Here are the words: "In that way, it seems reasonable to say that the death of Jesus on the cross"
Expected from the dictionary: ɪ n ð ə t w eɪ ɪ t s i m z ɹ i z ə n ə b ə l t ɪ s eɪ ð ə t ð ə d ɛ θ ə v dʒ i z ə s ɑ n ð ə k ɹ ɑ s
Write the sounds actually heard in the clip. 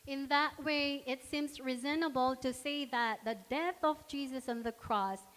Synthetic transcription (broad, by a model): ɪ n ð ə t w eɪ ɪ t s i m z ɹ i z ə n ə b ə l t ɪ s eɪ ð ə t ð ə d ɛ θ ə v dʒ i z ə s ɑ n ð ə k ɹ ɑ s